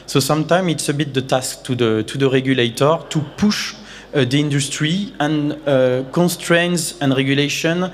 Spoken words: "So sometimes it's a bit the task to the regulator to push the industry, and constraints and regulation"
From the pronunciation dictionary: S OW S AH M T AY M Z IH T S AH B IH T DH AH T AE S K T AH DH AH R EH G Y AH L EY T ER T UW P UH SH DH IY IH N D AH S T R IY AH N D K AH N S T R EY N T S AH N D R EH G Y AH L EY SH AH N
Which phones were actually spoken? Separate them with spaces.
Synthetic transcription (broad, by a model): S OW S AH M T AY M IH T S AH B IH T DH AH T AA S K T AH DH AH R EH G Y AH L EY T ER T UW P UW SH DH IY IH N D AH S T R IY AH N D K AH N S T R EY N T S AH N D R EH G Y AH L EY SH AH N